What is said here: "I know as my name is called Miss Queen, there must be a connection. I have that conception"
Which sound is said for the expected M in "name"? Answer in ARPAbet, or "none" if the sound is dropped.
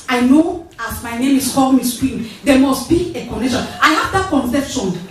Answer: M